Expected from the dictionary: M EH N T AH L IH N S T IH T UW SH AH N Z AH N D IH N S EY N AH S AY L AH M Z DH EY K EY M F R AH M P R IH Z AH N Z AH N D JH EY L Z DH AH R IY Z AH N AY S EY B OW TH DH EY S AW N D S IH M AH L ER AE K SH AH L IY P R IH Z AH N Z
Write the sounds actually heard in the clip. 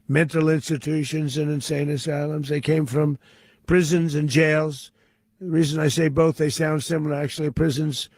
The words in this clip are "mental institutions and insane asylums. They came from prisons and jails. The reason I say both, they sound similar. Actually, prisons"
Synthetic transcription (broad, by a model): M EH N T L IH N S T IH T UW SH AH N Z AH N IH N S EY N AH S AY L AH M Z DH EY K EY M F R AH M P R IH Z AH N Z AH N JH EY L Z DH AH R IY Z AH N AY S EY B OW TH DH EY S AW N D S IH M L ER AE K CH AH L IY P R IH Z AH N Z